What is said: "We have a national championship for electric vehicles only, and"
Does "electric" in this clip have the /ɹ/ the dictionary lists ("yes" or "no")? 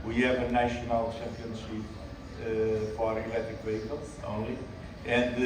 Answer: no